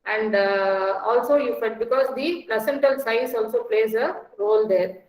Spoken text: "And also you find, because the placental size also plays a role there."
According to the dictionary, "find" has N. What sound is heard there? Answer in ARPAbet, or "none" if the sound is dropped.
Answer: none